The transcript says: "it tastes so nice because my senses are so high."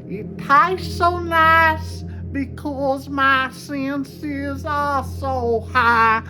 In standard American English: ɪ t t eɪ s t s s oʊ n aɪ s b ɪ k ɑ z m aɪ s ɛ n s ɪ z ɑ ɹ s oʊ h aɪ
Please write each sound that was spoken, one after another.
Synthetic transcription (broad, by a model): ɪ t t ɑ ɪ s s oʊ n aɪ s b ɪ k ɑ z m aɪ s ɛ n s ɪ z ɑ l s oʊ h aɪ